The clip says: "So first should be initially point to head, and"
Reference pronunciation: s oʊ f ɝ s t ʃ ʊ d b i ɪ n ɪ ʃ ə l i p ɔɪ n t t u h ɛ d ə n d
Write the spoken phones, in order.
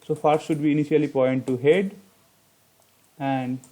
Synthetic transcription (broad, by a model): s oʊ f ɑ t ʃ ʊ d b i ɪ n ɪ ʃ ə l i p ɔɪ n t t u h ɛ d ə n d